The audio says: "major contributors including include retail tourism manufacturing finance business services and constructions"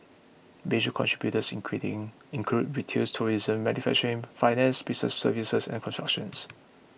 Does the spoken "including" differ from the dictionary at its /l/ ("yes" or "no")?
yes